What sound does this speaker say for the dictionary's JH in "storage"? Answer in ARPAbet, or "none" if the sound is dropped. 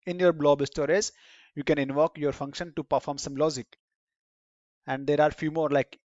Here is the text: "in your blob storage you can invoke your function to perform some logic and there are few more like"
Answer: Z